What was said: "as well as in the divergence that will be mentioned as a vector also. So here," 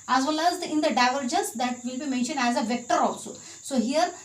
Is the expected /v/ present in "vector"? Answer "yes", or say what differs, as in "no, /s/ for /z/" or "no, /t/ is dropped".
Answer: yes